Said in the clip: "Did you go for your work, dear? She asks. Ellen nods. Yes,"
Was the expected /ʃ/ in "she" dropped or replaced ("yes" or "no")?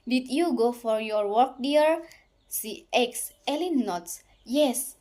yes